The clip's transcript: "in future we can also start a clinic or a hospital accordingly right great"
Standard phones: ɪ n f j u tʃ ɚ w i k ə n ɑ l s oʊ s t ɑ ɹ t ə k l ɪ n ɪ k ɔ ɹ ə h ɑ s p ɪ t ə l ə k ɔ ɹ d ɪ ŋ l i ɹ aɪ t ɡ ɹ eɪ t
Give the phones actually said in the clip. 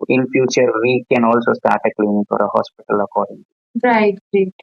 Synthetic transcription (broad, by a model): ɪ n f j u tʃ ɚ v i k ə n ɑ l s oʊ s t ɑ ɹ t ə k l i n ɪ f ɔ ɹ ə h ɑ s p ɪ t ə l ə k ɔ ɹ d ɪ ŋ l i ɹ aɪ t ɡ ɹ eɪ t